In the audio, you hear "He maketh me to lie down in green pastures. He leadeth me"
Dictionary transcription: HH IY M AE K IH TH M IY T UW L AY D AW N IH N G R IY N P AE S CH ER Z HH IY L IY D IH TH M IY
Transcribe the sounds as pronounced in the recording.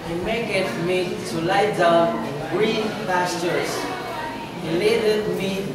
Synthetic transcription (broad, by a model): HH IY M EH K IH T M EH T UW L AY D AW IH N G R IY N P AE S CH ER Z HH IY L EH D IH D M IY